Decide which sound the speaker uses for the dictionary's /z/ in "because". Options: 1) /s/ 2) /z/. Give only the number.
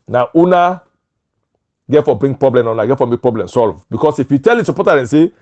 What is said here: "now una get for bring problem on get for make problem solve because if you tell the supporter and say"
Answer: 1